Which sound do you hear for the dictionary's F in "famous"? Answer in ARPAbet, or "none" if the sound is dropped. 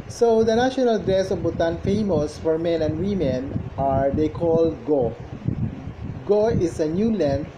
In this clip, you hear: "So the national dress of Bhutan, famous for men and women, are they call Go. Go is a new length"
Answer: F